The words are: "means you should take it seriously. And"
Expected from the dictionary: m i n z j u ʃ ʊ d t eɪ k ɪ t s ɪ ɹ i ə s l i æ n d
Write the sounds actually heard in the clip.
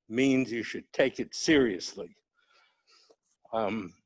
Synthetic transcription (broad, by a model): m i n z j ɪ ʃ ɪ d t eɪ k ɪ t s ɪ ɹ i ə s l i